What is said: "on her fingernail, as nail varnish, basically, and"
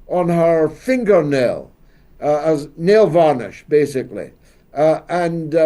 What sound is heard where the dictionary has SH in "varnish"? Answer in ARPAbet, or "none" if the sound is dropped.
SH